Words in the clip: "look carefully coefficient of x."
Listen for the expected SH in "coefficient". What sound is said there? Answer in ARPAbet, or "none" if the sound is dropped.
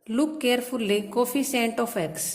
S